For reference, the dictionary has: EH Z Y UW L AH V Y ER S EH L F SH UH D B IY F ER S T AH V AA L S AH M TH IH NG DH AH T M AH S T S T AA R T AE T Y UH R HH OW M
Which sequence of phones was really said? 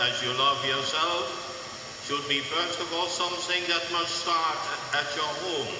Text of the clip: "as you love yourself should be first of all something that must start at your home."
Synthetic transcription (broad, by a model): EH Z Y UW L AH V Y ER S EH L F SH UH D B IY F ER S T AH V AA L S AH M TH IH NG DH AH T M AH S T S T AA R T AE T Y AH R HH OW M